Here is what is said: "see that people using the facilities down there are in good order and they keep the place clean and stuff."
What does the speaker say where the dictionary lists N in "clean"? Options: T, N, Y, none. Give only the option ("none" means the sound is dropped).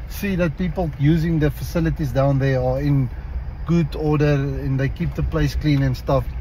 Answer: N